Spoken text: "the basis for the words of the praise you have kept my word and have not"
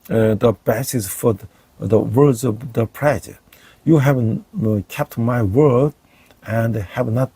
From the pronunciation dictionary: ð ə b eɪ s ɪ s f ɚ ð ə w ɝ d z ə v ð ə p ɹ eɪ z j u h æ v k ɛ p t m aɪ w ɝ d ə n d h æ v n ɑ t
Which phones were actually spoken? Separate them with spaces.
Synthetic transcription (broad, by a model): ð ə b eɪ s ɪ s f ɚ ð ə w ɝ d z ə v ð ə p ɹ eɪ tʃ j u h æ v k ɛ p t m aɪ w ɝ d ə n d h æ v n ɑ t